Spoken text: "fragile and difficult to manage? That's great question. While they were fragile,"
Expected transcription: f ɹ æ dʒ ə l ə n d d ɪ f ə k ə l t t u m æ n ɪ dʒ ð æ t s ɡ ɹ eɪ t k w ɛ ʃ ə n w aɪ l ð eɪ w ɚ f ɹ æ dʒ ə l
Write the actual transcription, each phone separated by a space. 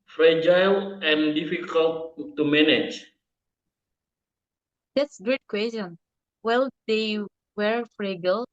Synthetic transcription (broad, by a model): f ɹ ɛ dʒ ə l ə n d d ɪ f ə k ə l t t u m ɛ n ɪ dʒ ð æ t s ɡ ɹ eɪ t k w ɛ ə n w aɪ l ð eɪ w ɚ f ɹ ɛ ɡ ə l